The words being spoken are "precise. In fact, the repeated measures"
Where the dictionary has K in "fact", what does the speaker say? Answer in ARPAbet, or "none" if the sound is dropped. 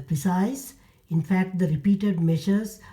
K